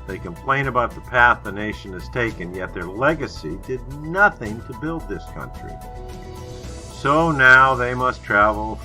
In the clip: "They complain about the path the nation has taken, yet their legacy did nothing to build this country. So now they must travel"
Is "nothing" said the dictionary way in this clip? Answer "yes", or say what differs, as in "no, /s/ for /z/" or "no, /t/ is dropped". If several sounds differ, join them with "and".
yes